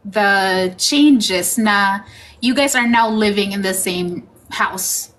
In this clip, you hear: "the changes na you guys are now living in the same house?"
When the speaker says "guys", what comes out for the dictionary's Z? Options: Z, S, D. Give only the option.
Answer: Z